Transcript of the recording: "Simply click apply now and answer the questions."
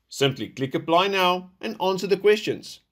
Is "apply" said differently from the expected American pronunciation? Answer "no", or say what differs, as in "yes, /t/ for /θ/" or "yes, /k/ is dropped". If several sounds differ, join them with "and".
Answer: yes, /b/ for /p/